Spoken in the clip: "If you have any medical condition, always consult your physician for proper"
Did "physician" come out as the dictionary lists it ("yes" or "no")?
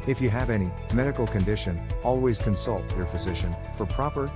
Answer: yes